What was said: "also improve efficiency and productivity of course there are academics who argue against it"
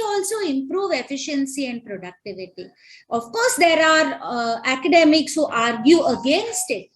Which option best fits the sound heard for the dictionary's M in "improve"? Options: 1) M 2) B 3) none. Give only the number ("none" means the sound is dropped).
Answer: 1